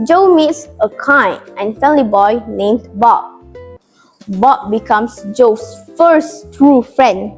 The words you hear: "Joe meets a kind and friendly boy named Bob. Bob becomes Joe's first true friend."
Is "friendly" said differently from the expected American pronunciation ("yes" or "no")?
yes